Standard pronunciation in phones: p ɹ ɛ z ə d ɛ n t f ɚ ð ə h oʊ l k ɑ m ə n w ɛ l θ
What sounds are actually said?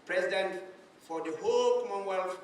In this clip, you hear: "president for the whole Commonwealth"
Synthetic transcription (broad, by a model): p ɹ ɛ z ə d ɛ n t f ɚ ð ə h oʊ l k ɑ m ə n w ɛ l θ